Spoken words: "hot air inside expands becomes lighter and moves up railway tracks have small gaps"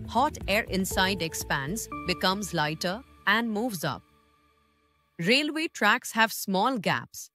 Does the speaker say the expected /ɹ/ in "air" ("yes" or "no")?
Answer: yes